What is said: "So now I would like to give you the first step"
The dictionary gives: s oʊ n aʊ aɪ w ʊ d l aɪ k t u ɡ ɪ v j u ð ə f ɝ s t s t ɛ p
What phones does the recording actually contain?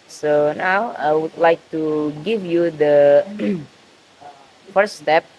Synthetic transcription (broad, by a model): s oʊ n aʊ aɪ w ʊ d l aɪ k t u ɡ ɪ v j u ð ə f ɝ t s t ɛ p